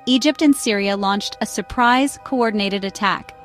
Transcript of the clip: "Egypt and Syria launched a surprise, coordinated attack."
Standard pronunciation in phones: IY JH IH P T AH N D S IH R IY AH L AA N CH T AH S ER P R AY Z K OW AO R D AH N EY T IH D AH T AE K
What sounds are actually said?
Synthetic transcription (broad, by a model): IY JH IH P T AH N S IH R IY AH L AA N CH T AH S ER P R AY Z K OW AO R D N EY T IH D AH T AE K